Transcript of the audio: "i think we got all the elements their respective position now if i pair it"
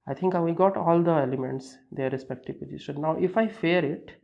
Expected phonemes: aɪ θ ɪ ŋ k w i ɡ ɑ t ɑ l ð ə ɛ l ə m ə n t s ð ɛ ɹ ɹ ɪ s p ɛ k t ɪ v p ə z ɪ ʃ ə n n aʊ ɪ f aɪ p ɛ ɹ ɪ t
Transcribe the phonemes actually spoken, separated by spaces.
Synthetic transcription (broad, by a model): aɪ t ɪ ŋ k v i ɡ ɑ t ɑ l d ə ɛ l ə m ə n t s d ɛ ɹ ɹ ɪ s p ɛ k t ɪ v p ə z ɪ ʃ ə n n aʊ ɪ f aɪ f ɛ ɹ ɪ t